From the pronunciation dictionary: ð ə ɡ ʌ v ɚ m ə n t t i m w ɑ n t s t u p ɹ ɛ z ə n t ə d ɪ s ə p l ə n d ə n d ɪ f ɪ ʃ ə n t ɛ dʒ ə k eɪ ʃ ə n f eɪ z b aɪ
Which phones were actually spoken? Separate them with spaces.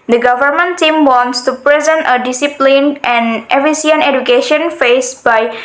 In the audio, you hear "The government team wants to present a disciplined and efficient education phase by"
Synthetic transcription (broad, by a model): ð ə ɡ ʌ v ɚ m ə n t t i m w ɑ n t s t u p ɹ ɛ z ə n t ə d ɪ s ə p l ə n ə n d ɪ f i s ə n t ɛ dʒ ə k eɪ ʃ ə n f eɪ s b aɪ